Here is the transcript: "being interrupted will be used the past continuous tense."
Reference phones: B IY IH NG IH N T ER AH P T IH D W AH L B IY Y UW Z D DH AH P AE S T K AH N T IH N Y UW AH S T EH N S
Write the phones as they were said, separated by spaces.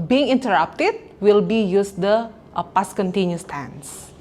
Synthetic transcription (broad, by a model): B IY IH NG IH N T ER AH P T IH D W AH L B IY Y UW S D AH P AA S K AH N T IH N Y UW S T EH N S